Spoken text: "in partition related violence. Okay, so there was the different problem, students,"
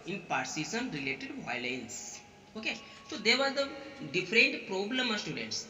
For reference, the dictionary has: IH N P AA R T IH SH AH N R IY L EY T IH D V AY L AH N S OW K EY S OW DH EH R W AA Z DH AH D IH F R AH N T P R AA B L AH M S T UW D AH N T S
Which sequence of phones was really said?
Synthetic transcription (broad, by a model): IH N P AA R S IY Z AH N R IY L EY T IH D V AY L AH N S OW K EY S OW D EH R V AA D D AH D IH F R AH N T P R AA B L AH M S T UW D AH N T S